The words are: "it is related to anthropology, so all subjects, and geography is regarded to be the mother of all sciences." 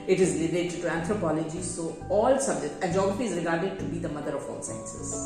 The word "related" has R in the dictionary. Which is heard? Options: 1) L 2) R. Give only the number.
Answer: 1